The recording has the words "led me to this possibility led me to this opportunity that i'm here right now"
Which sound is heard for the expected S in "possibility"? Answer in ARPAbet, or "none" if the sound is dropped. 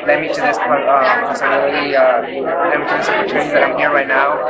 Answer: none